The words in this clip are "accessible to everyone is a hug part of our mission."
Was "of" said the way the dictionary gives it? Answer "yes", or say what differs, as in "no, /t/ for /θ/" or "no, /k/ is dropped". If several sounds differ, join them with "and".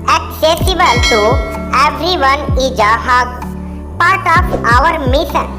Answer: no, /p/ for /v/